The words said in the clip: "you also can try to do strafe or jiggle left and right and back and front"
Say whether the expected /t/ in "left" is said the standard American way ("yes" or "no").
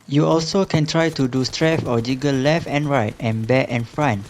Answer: yes